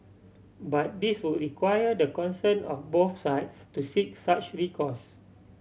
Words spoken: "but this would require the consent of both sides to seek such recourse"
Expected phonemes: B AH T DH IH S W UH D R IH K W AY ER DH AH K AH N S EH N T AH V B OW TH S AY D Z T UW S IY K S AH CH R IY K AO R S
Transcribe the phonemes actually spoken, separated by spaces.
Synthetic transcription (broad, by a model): B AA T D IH S W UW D R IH K W AY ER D AH K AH N S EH N AH F B OW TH S AY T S T UW S IY K S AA CH R IY K AO S